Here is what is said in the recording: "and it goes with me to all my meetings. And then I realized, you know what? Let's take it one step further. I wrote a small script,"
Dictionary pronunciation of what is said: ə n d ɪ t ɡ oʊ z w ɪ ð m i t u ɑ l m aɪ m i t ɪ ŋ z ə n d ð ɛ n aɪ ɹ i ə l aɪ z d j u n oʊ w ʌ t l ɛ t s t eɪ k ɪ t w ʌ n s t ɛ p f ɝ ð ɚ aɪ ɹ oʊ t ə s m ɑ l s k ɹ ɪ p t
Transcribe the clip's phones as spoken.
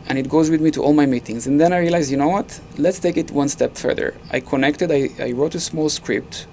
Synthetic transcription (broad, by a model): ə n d ɪ t ɡ oʊ z w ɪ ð m i t u ɑ l m aɪ m i t ɪ ŋ z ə n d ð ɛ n aɪ ɹ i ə l aɪ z j u n oʊ w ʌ t l ɛ t s t eɪ k ɪ t w ʌ n s t ɛ p f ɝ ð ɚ aɪ ɹ oʊ t ə s m ɑ l s k ɹ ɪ p t